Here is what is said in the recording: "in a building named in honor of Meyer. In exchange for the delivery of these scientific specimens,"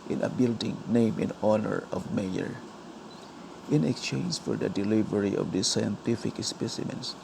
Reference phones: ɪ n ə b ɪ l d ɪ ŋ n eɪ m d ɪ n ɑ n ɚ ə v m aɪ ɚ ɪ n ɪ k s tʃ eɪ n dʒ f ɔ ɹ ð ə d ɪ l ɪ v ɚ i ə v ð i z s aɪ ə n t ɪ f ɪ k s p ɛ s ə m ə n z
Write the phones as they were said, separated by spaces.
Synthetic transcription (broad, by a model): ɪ n ə b ɪ l d ɪ ŋ n eɪ m ɪ n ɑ n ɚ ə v m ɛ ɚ ɪ n ɪ k s tʃ eɪ n dʒ f ɔ ɹ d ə d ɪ l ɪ v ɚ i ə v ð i s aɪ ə n t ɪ f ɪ k s p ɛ s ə m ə n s